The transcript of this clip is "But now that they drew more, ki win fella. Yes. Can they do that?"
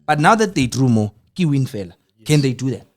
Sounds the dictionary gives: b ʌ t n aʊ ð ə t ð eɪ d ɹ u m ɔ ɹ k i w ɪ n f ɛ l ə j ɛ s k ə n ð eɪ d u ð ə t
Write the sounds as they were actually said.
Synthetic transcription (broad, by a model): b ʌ t n aʊ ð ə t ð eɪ d ɹ u m ɔ k i w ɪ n f ɛ l ə k ə n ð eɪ d u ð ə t